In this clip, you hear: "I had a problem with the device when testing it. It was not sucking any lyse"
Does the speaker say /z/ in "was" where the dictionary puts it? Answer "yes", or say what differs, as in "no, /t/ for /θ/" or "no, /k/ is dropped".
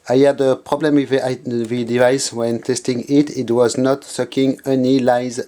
yes